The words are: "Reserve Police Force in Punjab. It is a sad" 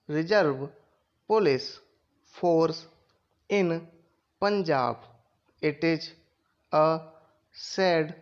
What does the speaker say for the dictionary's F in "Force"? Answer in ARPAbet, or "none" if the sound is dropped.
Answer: P